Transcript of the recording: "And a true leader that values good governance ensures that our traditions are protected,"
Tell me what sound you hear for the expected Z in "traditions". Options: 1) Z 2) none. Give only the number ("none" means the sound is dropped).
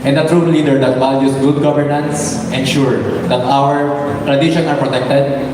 2